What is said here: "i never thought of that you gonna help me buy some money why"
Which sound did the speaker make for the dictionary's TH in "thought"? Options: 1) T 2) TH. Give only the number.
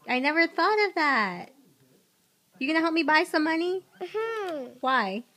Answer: 2